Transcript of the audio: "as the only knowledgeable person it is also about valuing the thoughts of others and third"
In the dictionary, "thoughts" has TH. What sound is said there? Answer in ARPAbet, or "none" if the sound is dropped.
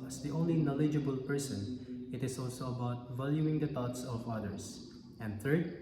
T